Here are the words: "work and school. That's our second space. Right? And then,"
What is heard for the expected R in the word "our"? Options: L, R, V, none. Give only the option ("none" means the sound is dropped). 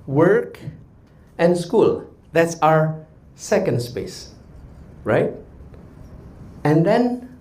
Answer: R